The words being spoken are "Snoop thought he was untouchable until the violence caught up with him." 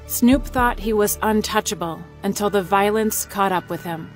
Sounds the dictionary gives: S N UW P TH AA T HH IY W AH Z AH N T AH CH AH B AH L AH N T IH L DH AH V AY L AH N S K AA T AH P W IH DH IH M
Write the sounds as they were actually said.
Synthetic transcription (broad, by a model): S N UW P TH AA T HH IY W AH Z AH N T AH CH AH B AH L AH N T IH L DH AH V AY L AH N S K AA T AH P W IH DH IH M